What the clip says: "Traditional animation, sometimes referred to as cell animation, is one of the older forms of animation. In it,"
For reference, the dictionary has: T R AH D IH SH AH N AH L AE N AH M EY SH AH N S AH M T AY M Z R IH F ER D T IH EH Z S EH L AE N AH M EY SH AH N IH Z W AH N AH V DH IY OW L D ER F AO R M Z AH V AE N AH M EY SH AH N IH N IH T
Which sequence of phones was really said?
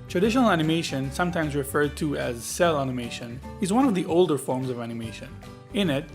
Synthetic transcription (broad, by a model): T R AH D IH SH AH N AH L AE N AH M EY SH AH N S AH M T AY M Z R IH F ER D T IH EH Z S EH L AE N AH M EY SH AH N IH Z W AH N AH V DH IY OW L D ER F AO R M Z AH V AE N AH M EY SH AH N IH N IH T